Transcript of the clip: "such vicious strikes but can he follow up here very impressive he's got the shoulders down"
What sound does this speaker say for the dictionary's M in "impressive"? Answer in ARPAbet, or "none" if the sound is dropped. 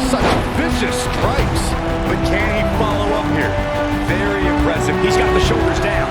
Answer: none